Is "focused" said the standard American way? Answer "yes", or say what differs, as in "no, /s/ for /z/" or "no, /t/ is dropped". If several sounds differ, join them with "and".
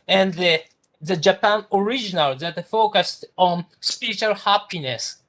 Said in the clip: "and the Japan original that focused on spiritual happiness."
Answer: yes